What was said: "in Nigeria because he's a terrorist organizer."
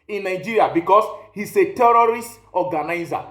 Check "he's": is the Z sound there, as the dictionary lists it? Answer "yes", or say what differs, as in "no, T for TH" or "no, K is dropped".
no, S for Z